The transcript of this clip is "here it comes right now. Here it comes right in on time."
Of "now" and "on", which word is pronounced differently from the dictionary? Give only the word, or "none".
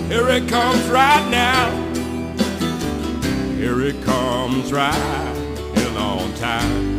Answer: on